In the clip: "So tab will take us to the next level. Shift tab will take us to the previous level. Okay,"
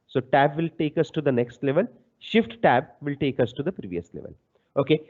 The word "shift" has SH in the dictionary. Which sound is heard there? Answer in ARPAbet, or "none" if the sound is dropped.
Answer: SH